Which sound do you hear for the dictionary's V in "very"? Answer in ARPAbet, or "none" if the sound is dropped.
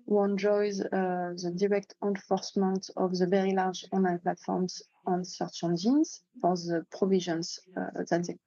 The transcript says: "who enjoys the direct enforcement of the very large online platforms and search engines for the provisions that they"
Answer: V